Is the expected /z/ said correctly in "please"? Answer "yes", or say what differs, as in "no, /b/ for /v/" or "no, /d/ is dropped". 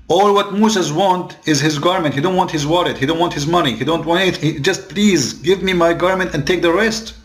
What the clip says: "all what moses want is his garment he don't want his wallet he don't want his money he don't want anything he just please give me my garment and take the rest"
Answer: yes